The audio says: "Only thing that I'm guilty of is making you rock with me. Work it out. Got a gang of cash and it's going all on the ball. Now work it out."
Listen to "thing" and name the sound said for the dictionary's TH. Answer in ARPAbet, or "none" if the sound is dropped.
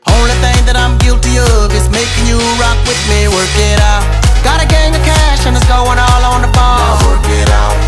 TH